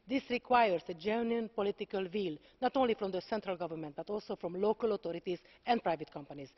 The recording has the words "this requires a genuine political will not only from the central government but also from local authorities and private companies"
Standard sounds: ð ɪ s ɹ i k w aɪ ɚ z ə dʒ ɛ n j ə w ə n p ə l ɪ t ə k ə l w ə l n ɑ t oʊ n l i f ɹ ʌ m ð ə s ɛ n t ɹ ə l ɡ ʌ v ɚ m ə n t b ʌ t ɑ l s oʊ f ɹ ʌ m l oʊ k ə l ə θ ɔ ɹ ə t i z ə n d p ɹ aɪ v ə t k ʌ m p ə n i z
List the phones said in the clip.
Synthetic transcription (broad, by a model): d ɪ s ɹ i k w aɪ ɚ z ə dʒ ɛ n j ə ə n p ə l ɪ t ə k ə l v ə l n ɑ t oʊ n l i f ɹ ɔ m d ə s ɛ n t ɹ ə l ɡ ʌ v ɚ m ə n t b ʌ t ɑ l s oʊ f ɹ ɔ m l oʊ k ə l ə t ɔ ɹ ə t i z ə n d p ɹ aɪ v ə t k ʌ m p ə n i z